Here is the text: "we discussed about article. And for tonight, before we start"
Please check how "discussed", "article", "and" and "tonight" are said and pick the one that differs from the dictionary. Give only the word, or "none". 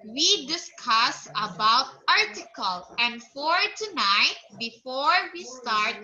discussed